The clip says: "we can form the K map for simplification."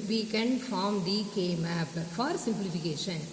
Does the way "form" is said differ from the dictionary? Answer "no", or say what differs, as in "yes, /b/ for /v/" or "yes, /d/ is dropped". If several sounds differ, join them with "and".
no